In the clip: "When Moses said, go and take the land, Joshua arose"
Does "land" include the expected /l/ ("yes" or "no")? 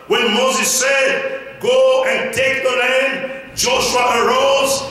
no